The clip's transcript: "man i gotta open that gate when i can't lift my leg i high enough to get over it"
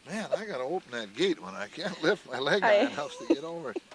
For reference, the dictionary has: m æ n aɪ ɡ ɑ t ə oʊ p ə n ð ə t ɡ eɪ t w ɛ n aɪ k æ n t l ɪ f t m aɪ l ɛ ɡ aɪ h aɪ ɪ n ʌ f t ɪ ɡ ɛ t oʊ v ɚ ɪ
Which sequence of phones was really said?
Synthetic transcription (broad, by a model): m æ n aɪ ɡ ɑ t ə oʊ p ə n ð ə t ɡ eɪ t w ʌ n aɪ k æ n t l ɪ f t m aɪ l ɛ ɡ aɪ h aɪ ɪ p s t ɪ ɡ ɛ t oʊ v ɚ